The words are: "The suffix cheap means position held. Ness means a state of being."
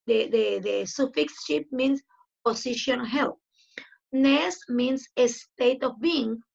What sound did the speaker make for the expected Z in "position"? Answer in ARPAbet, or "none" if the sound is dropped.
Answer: S